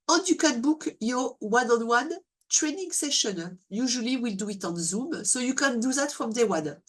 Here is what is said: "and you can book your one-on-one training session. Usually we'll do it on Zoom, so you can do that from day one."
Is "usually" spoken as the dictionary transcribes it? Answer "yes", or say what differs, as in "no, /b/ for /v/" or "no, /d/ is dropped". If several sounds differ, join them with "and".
yes